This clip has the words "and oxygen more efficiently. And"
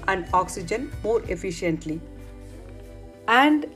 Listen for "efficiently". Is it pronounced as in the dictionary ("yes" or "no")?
yes